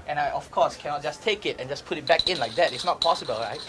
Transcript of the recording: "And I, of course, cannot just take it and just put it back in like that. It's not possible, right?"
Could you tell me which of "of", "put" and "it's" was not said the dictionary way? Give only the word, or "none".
of